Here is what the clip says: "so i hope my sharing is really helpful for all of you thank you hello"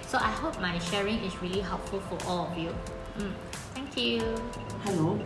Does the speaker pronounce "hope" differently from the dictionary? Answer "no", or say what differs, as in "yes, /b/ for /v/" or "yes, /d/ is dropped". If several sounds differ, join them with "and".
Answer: no